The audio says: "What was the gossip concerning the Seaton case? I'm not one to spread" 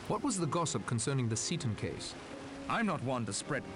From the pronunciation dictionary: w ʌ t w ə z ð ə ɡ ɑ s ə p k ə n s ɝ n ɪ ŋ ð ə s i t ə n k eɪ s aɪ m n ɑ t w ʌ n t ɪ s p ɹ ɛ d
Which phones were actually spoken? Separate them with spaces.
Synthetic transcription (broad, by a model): w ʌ t w ə z ð ə ɡ ɑ s ə p k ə n s ɝ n ɪ ŋ ð ə s i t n k eɪ s aɪ m n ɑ t w ʌ n t ɪ s p ɹ ɛ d